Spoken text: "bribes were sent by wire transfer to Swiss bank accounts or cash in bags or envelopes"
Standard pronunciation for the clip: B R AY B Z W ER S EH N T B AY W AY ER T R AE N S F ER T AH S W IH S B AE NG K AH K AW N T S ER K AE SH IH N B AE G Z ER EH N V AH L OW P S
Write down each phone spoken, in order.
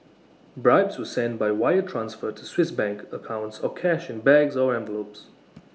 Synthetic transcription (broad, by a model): B R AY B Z W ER S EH N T B AY W AY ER T R AE N S F ER T AH S W IH S B AE NG K AH K AW N T S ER K AE SH IH N B AE G Z ER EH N V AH L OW P S